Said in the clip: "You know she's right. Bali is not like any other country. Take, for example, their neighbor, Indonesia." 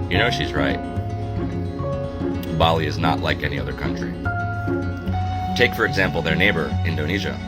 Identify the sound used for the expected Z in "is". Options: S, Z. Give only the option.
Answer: Z